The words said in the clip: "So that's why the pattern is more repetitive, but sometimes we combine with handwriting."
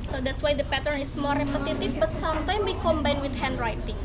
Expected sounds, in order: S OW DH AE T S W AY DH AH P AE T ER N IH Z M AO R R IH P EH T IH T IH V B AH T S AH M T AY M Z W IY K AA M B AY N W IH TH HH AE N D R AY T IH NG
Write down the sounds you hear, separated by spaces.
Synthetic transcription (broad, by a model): S OW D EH T S W AY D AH P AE T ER N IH S M AO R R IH P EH T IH T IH F B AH T S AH M T AY M W IY K AA M B AY N W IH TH HH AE N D R AY T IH NG